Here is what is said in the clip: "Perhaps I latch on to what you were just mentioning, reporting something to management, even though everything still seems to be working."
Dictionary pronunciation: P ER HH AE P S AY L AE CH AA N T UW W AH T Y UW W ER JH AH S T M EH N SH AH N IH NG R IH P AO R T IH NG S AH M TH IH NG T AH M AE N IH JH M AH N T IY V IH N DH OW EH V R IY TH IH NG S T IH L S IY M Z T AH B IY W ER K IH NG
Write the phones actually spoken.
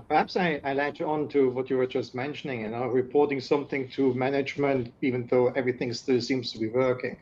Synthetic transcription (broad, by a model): P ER HH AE P S AY L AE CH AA N T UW W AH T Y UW W ER JH AH S T M EH N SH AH N IH NG R IH P AO R T IH NG S AH M TH IH NG T AH M AE N IH JH M AH N T IY V IH N DH OW EH V R IY TH IH NG S T IH L S IY M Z T AH B IY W ER K IH NG